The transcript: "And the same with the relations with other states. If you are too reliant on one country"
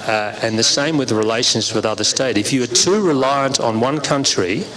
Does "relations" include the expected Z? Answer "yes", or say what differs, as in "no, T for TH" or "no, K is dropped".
yes